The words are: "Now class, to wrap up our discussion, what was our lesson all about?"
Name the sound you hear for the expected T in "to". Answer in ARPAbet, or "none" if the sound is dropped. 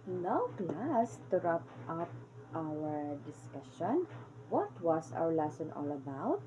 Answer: T